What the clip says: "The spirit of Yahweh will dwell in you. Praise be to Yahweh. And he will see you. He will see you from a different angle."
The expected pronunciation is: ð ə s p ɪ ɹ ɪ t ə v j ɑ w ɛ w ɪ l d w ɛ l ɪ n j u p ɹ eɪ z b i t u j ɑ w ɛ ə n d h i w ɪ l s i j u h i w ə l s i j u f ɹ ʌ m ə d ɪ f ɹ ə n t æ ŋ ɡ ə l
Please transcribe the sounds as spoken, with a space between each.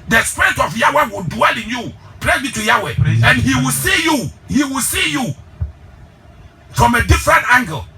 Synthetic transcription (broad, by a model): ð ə s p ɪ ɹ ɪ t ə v j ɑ w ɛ w ɪ l d w ɛ l ɪ n j u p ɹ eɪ b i t u j ɑ w ɛ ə n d h i w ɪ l s i j u h i w ə l s i j u f ɹ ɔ m ə d ɪ f ɹ ə n t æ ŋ ɡ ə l